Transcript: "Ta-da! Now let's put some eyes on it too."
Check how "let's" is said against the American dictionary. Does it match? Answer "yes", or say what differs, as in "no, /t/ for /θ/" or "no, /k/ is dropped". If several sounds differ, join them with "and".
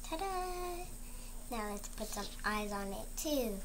yes